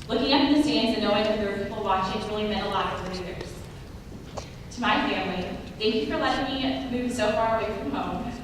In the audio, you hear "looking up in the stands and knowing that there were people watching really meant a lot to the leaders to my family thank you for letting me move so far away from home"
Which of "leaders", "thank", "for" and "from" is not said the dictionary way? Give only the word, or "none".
leaders